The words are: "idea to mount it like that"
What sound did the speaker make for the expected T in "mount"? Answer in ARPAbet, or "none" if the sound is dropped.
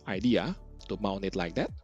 none